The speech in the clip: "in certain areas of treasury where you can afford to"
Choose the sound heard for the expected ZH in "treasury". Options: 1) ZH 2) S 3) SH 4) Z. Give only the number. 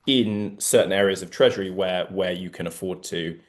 1